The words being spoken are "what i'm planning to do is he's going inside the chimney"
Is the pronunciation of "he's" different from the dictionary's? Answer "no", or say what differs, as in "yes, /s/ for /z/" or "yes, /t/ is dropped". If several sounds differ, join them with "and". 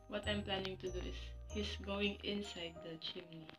yes, /s/ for /z/